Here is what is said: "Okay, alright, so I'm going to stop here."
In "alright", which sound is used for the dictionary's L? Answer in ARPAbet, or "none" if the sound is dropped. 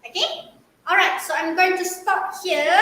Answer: L